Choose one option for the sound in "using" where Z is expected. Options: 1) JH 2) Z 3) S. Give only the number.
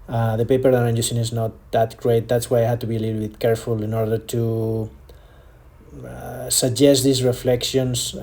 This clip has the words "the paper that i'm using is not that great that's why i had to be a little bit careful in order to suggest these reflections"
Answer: 3